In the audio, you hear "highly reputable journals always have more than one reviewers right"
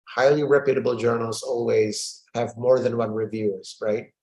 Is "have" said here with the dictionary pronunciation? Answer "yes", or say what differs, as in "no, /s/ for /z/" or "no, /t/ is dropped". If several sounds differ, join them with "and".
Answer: yes